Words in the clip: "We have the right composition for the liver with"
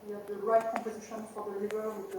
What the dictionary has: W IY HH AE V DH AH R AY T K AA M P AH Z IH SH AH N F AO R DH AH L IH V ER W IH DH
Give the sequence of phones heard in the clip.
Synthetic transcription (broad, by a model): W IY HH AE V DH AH R AY T K AA M P AH Z IH SH AH N F AO R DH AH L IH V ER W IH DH